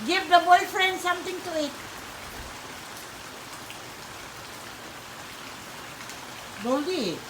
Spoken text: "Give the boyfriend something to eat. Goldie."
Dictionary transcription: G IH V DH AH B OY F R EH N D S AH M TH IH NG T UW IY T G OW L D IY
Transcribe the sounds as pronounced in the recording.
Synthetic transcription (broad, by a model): G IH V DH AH B OY F R EH N D S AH M T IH NG T UW IY T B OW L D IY